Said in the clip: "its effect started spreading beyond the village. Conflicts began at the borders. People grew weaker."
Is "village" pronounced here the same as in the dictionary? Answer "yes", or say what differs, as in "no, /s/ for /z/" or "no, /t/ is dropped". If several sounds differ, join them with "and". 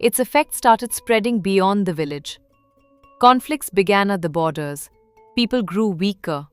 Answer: yes